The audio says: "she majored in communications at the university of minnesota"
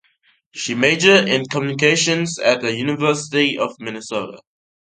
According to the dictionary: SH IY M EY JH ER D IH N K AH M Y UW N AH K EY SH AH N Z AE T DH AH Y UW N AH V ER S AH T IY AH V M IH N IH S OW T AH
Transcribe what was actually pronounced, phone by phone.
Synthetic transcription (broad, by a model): SH IY M EY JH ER IH N K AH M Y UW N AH K EY SH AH N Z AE T DH AH Y UW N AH V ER S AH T IY AH V M IH N IH S OW T AH